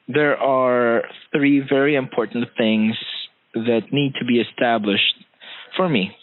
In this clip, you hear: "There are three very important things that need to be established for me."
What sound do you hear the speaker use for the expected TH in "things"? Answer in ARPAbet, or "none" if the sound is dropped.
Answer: TH